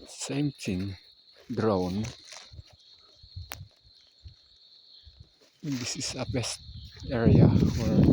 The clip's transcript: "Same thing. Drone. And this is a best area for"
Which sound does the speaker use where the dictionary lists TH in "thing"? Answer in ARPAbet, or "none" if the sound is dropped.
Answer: T